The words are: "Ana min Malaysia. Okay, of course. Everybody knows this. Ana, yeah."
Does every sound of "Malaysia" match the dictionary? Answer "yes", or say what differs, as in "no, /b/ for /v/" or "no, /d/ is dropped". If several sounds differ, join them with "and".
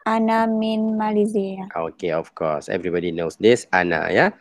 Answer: no, /z/ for /ʒ/